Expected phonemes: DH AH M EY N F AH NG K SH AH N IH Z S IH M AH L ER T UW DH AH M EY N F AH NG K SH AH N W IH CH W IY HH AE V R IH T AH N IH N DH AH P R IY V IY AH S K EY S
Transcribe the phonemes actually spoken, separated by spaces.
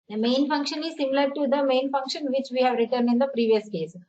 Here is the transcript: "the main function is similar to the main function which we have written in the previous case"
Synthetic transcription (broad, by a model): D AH M EY N F AH NG K SH AH N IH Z S IH M AH L ER T UW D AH M EY N F AH NG K SH AH N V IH CH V IY HH AE V R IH T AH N IH N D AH P R IY V IY AH S K EY S